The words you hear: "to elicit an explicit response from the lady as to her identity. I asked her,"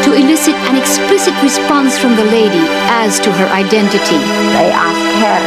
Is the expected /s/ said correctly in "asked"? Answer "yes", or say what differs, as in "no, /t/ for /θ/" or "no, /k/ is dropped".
no, /s/ is dropped